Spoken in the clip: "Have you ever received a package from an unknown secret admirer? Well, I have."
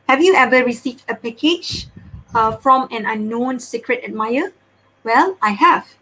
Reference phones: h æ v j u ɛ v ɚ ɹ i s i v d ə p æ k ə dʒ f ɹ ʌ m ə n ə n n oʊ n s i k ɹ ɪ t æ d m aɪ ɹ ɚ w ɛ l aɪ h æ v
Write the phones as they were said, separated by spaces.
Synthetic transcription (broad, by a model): h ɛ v j u ɛ v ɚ ɹ i s i v d ə p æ k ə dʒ f ɹ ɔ m ə n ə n n oʊ n s i k ɹ ɪ t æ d m aɪ ɚ w ɛ l aɪ h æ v